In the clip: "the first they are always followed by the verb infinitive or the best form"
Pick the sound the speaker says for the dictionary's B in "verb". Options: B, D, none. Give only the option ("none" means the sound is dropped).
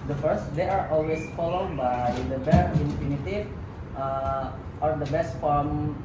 none